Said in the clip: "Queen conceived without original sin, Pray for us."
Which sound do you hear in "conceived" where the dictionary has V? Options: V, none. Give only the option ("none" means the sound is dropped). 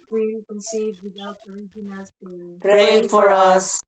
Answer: none